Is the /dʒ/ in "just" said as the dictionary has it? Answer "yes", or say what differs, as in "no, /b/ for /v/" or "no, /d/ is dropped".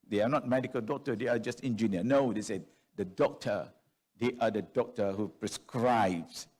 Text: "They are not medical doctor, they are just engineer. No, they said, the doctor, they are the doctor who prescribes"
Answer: yes